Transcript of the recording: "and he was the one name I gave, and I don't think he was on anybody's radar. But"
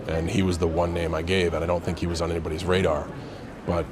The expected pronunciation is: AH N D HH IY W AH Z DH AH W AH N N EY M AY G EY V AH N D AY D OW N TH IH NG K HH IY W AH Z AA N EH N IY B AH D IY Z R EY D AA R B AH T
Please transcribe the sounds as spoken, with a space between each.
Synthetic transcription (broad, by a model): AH N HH IY W AH Z DH AH W AH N N EY M AY G EY V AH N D AY D OW N TH IH NG K HH IY W AH Z N EH N IY B AH D IY Z R EY D AA R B AH T